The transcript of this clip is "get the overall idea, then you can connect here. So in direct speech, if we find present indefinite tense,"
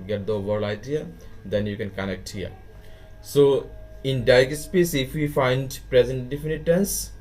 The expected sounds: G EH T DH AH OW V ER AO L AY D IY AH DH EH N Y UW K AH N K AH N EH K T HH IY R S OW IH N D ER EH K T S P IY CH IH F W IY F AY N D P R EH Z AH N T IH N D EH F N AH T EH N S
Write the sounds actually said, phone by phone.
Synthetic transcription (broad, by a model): G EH T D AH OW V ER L AY D IY AH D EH N Y UW K AH N K AH N EH K T HH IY R S OW IH N D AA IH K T S P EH S IH F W IY F AY N D P R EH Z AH N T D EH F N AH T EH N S